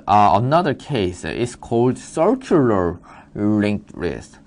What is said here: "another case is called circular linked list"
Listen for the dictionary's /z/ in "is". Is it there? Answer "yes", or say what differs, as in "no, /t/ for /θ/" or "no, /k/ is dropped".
no, /s/ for /z/